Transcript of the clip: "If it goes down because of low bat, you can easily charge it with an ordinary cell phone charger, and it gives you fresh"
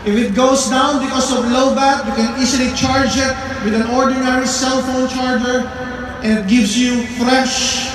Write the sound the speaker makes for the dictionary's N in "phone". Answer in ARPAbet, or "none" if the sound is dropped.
N